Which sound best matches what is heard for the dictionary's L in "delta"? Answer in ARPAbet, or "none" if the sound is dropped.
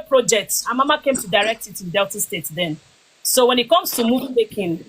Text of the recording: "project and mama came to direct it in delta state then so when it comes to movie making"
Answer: L